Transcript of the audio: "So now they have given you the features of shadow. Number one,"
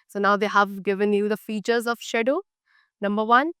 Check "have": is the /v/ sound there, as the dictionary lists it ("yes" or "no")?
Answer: yes